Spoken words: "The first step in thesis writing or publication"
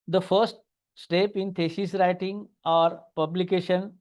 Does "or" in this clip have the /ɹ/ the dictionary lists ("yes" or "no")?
yes